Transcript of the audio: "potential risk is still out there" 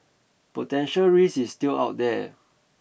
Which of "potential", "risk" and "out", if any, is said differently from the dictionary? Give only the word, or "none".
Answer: risk